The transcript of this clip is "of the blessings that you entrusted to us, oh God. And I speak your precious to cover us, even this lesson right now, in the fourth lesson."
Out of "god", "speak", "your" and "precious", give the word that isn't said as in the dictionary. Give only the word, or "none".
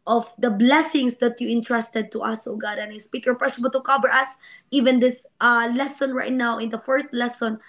precious